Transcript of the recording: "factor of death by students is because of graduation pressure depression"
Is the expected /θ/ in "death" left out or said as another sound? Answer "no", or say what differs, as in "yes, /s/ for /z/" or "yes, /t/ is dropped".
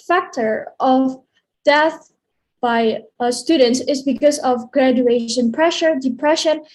no